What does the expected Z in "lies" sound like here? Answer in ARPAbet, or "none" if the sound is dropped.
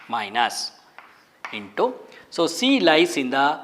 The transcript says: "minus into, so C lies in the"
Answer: S